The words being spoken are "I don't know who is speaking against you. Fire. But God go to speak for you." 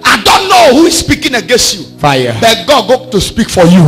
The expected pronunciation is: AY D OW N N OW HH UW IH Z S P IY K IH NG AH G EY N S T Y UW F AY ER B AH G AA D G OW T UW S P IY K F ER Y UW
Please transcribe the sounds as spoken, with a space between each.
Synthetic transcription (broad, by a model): AY D OW N N OW HH UW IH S P IY K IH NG AH G EY N S T Y UW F AY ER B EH G AA D G OW T UW S P IY K F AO Y UW